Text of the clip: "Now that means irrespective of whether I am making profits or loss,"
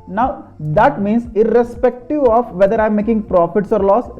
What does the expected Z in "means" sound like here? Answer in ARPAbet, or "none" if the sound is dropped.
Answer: S